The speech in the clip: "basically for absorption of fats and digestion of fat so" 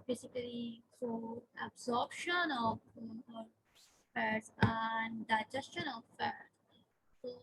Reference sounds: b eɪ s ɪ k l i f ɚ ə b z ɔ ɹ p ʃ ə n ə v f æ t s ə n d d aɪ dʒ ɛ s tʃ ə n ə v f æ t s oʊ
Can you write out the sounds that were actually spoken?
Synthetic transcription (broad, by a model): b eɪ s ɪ k l i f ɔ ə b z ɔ ɹ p ʃ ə n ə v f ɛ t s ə n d d aɪ dʒ ɛ s tʃ ə n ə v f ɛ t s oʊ